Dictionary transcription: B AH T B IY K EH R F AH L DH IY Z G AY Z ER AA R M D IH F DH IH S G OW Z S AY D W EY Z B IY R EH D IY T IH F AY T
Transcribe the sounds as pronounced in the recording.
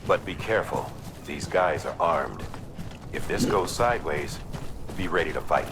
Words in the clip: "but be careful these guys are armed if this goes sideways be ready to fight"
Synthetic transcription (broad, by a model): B AH T B IY K EH R F AH L DH IY Z G AY Z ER AA R M D IH F DH IH S G OW Z S AY D W EY Z B IY R EH D IY T IH F AY T